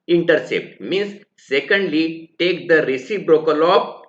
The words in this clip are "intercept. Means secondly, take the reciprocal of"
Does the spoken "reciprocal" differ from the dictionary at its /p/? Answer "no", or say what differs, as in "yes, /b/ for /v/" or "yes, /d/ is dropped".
yes, /b/ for /p/